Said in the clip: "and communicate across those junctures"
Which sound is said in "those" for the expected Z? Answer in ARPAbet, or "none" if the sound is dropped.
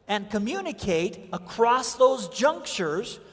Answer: Z